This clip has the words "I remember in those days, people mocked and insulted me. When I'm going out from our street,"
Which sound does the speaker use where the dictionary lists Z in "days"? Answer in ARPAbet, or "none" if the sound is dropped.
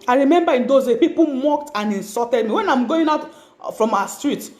none